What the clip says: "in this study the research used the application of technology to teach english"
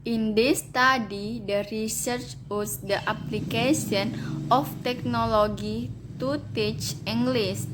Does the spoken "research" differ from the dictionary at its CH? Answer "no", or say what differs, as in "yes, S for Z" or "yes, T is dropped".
no